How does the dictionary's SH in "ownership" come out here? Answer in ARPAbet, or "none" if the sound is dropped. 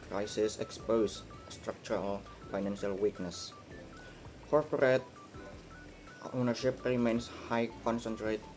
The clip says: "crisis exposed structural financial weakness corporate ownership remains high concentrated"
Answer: SH